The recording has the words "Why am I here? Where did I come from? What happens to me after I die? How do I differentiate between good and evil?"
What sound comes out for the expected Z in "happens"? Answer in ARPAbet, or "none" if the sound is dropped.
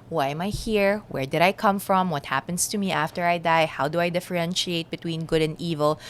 S